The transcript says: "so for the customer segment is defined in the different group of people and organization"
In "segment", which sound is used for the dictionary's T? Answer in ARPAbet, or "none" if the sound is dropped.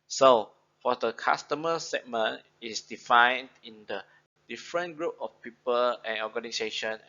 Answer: none